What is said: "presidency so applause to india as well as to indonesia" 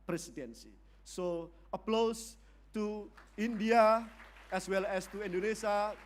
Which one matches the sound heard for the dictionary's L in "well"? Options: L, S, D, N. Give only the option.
L